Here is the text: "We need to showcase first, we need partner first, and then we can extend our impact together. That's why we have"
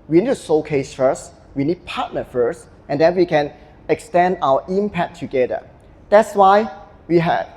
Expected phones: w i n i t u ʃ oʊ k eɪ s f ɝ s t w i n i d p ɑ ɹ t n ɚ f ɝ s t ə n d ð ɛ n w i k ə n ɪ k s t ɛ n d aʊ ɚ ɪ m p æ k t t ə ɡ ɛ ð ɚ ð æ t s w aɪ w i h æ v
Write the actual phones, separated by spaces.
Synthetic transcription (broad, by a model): w i n i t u s oʊ k eɪ s f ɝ s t w i n i d p ɑ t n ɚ f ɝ s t ə n d ɛ n w i k ə n ɪ k s t ɛ n d aʊ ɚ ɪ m p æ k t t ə ɡ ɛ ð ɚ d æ t s w aɪ w i h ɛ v